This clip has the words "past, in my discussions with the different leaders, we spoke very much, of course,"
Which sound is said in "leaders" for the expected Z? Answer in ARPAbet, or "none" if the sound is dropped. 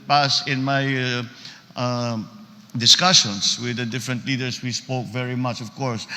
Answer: S